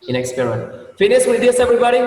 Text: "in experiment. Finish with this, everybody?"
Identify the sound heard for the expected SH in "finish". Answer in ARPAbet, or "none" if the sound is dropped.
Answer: S